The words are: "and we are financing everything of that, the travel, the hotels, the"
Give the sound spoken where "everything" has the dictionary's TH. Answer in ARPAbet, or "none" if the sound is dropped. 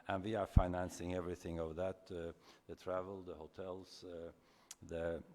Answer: TH